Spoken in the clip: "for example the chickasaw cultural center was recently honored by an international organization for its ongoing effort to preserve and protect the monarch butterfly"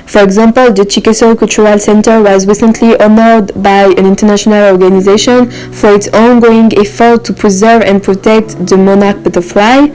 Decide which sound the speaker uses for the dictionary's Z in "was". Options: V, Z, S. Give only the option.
Z